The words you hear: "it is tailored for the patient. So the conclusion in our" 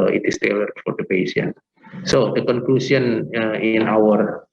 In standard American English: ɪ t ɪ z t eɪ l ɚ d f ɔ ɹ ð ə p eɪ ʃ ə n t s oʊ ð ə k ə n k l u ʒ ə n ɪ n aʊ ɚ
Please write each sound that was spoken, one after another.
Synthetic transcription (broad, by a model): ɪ t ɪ s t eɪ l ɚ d f ɔ ɹ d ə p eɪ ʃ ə n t s oʊ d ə k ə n k l u s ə n ɪ n aʊ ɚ